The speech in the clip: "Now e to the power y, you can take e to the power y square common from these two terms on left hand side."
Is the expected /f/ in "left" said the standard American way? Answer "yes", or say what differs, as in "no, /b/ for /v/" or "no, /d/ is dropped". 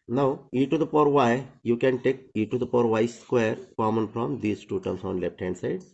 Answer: no, /p/ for /f/